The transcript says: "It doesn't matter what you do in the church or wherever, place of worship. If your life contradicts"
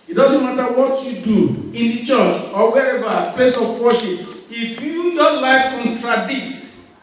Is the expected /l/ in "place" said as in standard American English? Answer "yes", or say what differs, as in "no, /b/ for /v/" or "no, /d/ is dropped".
no, /l/ is dropped